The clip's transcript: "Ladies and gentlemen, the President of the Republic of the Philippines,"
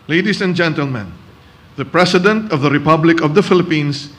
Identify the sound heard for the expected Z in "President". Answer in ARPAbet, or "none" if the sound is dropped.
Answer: S